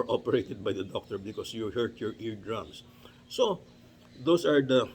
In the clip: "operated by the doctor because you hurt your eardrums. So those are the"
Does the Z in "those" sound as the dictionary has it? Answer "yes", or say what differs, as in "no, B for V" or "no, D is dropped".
no, S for Z